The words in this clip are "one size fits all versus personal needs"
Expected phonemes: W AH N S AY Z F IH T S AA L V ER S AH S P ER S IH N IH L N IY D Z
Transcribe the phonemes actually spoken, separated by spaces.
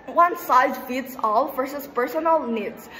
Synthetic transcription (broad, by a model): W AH N S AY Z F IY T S AA L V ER S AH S P ER S IH N IH L N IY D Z